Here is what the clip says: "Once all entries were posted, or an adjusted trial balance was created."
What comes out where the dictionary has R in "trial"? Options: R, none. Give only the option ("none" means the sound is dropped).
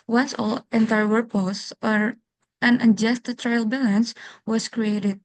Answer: R